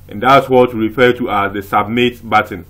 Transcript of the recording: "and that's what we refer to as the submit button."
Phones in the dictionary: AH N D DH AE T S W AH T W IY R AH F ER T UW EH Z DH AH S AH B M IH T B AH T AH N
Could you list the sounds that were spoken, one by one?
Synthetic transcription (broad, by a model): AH N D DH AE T S W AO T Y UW R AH F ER T UW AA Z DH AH S AH B M IH T B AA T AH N